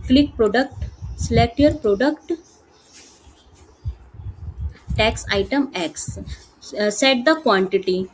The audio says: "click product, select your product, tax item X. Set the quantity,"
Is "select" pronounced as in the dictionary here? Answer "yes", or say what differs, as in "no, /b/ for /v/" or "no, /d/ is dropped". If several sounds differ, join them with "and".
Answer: no, /k/ is dropped